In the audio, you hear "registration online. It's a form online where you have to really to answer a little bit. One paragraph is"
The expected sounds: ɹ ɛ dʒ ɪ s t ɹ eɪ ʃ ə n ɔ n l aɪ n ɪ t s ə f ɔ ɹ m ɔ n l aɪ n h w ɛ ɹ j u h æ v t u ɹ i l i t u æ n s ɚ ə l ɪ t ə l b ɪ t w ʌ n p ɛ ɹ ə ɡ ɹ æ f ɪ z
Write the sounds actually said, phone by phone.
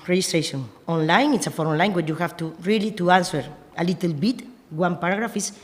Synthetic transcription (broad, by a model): ɹ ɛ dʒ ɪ s t ɹ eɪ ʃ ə n ɔ n l aɪ n ɪ t s ə f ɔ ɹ ɔ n l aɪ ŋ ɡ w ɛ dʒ j u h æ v t u ɹ i l i t u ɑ n s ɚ ə l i t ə l b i t w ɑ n p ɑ ɹ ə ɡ ɹ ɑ f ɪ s